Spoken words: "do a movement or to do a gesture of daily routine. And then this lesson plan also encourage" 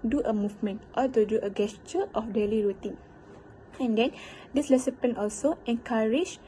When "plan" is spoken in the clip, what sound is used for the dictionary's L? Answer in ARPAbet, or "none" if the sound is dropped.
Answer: none